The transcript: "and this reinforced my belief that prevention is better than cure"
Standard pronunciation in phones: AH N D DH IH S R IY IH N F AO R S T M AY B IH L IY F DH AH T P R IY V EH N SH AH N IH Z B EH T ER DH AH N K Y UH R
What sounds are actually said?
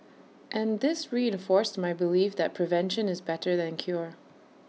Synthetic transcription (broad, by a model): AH N DH IH S R IY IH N F AO R S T M AY B IH L IY F DH AH T P R IY V EH N SH AH N IH Z B EH T ER DH AH N K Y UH R